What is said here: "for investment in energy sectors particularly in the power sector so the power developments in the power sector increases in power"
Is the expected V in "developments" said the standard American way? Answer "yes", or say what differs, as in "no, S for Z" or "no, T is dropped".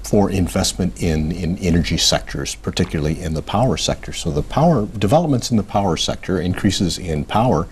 yes